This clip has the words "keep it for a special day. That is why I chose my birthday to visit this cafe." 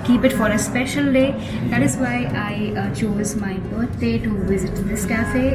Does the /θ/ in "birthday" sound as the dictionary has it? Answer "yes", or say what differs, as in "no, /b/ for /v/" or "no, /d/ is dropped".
no, /t/ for /θ/